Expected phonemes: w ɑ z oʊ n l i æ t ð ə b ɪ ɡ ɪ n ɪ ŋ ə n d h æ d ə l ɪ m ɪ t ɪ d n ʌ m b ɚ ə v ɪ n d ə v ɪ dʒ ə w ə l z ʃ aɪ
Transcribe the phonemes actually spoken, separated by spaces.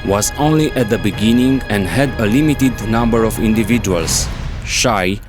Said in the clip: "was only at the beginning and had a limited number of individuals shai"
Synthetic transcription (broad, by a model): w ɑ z oʊ n l i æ t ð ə b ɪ ɡ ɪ n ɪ ŋ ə n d h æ d ə l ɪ m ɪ t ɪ d n ʌ m b ɚ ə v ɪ n d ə v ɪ dʒ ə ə l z ʃ aɪ